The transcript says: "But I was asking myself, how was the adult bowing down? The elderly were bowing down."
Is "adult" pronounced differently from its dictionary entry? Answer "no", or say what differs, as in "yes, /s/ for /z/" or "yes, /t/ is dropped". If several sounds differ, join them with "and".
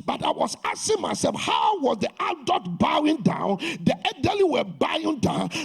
yes, /l/ is dropped